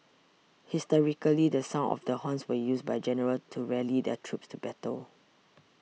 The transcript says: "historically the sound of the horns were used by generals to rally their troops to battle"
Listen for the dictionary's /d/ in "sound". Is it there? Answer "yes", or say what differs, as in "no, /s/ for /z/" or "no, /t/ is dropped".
no, /d/ is dropped